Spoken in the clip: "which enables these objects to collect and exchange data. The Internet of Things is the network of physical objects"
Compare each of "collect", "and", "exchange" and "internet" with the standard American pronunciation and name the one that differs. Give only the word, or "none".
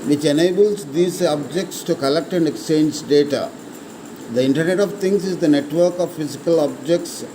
none